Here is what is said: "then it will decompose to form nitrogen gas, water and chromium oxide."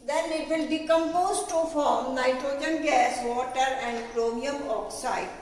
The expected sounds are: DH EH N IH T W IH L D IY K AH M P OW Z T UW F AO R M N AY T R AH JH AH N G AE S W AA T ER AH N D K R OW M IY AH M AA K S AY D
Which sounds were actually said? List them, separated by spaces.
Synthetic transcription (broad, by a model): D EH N IH T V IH L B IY K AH M P OW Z T UW F AO R M N AY T R AH JH AH N G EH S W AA T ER AH N D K R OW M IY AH M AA K S AY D